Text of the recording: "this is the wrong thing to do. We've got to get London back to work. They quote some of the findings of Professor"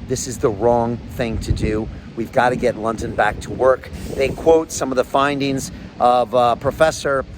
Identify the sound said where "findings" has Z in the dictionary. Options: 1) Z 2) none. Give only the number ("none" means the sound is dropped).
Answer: 1